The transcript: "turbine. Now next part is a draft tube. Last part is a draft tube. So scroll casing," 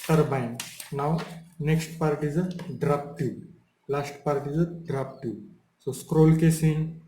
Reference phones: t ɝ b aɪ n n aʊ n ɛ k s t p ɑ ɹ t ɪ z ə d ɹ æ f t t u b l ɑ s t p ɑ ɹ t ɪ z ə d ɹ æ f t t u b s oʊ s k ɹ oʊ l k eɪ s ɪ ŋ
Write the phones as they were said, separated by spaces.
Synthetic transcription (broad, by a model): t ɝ b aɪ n n aʊ n ɛ k s t p ɑ ɹ t ɪ z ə d ɹ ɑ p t t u l ɑ s t p ɑ ɹ t ɪ z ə d ɹ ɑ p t t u s oʊ s k ɹ oʊ l k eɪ s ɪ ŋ